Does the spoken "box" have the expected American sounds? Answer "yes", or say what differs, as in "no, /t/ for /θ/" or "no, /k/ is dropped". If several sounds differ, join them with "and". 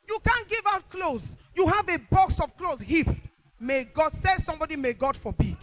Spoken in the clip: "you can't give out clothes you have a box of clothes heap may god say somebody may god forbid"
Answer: yes